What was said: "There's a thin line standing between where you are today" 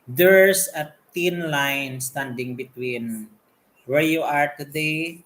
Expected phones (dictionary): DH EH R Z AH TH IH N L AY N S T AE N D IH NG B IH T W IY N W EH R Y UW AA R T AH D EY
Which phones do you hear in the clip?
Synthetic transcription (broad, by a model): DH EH R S AH T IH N L AY N S T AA N D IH NG B IH T W IY N W EH R Y UW AA R T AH D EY